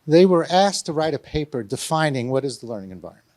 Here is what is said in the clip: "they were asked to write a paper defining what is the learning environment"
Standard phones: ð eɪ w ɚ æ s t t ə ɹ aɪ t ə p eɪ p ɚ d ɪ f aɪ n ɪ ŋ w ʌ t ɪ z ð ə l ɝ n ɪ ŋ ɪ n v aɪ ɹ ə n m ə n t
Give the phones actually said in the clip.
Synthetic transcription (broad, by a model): ð eɪ w ɚ æ s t t ə ɹ aɪ t ə p eɪ p ɚ d ɪ f aɪ n ɪ ŋ w ʌ t ɪ z ð ə l ɝ n ɪ ŋ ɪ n v aɪ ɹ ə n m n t